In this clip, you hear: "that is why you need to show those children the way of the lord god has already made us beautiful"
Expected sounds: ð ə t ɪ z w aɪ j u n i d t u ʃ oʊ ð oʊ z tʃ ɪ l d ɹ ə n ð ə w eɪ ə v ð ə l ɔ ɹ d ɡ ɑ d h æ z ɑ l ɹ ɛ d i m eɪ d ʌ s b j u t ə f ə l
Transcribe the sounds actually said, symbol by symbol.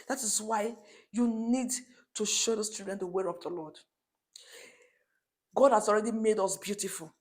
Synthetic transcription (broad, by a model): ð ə t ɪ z w aɪ j u n i d t u ʃ oʊ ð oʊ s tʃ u d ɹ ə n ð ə w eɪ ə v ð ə l ɔ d ɡ ɑ d h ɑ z ɑ l ɹ ɛ d i m eɪ d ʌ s b j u t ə f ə l